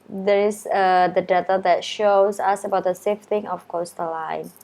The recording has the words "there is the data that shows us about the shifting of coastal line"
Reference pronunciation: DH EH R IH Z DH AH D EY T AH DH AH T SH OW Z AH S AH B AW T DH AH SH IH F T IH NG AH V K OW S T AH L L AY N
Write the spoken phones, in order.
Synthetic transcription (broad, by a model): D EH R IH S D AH D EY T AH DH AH T SH OW S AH S AH B AW T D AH S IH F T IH NG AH F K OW S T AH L L AY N